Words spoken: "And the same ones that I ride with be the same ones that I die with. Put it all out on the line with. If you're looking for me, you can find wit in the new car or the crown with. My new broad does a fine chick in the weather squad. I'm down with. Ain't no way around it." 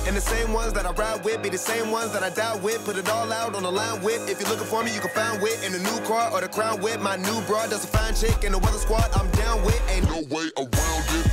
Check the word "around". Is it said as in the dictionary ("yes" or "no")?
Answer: no